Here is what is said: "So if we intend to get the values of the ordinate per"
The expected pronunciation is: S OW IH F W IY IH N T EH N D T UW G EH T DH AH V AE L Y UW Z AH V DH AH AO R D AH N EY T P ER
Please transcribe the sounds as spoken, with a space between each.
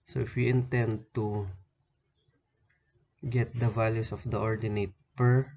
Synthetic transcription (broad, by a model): S OW IH F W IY IH N T EH N D T UW G EH T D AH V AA L Y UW S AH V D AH AO R D AH N EY T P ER